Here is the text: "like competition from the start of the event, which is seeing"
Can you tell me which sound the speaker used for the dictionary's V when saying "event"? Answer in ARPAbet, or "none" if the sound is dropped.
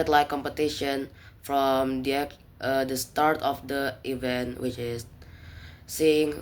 V